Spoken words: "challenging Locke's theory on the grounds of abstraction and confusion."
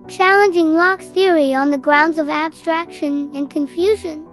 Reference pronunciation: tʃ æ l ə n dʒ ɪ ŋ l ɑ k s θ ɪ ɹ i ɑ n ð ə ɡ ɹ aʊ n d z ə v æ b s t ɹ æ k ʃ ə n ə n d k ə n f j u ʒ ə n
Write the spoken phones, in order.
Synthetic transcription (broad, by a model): tʃ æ l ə n dʒ ɪ ŋ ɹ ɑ k θ ɪ ɹ i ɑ n ð ə ɡ ɹ aʊ n d z ə v æ b s t ɹ æ k ʃ ə n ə n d k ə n f j u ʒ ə n